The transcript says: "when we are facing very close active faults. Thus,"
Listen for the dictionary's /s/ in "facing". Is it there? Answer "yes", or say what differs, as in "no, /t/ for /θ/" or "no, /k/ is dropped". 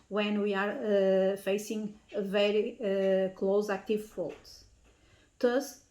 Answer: yes